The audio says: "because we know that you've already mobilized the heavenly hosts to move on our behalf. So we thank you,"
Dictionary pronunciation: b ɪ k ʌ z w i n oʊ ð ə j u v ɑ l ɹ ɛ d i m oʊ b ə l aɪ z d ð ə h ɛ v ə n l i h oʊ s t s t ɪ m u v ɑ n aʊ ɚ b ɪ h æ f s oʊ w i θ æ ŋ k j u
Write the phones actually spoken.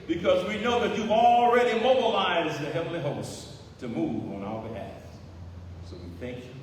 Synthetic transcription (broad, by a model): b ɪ k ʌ z w i n oʊ ð ə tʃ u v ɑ l ɹ ɛ d i m oʊ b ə l aɪ z ð ə h ɛ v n l i h oʊ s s t ɪ m u v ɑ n aʊ ɚ b ɪ h æ f s oʊ w i θ æ ŋ k j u